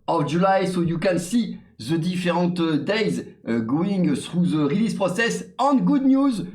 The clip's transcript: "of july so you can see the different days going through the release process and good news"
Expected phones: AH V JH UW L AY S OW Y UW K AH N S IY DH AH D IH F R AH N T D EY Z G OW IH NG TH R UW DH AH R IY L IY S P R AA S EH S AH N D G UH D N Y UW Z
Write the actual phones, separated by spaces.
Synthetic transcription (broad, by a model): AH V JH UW L AY S OW Y UW K AH N S IY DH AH D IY F R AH T D EY Z G OW IH NG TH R UW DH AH R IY L IY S P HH AA S EH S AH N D G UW D N Y UW Z